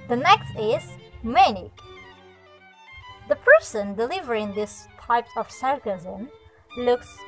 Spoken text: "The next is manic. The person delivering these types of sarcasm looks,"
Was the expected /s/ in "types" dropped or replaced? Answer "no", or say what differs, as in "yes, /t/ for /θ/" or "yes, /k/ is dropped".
yes, /s/ is dropped